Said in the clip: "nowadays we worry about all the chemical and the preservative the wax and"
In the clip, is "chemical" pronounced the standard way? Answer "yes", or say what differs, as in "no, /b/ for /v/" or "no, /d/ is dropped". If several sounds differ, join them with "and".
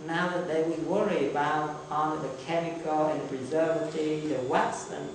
yes